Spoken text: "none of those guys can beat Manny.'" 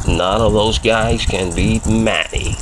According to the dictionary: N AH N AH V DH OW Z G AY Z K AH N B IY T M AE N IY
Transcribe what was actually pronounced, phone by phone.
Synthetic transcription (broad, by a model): N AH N AH V DH OW Z G AY Z K AH N B IY M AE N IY